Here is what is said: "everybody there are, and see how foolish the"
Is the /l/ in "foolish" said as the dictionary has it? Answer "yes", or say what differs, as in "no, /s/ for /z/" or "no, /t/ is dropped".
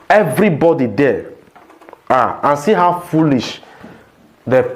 yes